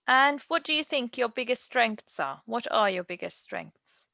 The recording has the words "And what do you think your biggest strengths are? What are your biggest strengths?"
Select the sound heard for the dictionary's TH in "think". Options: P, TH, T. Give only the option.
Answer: TH